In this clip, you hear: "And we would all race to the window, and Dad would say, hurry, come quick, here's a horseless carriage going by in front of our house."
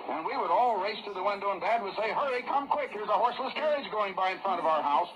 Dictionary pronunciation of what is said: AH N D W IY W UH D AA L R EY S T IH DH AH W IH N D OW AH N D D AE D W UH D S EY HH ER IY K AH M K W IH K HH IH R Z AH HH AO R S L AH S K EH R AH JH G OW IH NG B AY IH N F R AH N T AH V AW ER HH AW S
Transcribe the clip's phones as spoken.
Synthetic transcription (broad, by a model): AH N W IY W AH D AA L R EY S T IH DH AH W IH N D OW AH N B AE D W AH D S EY HH ER IY K AH M K W IH K HH IH R Z AH HH AO R S L AH S K EH R AH JH G OW IH NG B AY IH N F R AH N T AH V AW ER HH AW S